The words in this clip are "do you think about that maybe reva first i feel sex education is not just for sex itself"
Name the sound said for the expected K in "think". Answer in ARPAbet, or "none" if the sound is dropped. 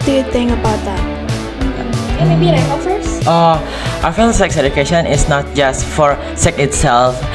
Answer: none